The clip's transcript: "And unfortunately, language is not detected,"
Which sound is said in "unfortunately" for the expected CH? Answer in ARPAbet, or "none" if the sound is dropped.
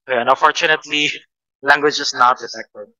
CH